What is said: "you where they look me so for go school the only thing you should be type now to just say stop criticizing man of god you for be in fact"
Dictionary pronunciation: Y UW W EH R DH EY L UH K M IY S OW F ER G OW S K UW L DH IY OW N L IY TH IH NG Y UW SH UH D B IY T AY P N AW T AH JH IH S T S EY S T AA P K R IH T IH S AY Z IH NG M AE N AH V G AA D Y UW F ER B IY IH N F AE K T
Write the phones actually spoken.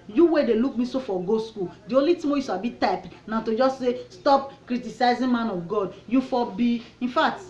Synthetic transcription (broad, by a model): Y UW W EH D EY L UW K M IY S OW F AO G OW S K UW L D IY OW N L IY T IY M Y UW S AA B IY T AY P N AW T AH JH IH S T S EY S T AA P K R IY T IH S AY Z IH M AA N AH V G AA D Y UW F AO B IY IH N F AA K T